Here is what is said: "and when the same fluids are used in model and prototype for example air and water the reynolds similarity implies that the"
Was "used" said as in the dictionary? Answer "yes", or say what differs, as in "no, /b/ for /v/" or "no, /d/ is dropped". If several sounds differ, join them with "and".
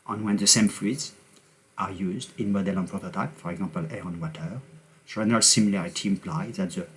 yes